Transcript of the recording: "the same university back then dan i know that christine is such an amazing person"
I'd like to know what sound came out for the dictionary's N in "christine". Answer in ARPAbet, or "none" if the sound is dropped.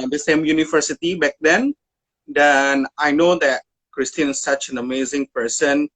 none